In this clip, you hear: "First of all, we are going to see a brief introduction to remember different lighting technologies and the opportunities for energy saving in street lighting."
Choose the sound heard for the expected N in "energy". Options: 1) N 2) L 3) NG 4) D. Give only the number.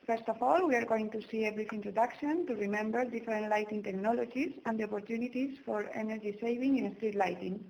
1